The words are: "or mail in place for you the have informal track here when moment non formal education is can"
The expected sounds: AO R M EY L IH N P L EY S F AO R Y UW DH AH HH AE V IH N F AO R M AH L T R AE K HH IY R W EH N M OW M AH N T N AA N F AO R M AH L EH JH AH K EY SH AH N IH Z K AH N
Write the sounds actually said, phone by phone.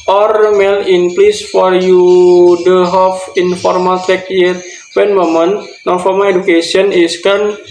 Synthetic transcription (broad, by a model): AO R M EY L IH N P L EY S F AO R Y UW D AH HH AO F IH N F AO R M AH L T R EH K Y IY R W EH N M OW M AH N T N AA N F AO R M AH L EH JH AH K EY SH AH N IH S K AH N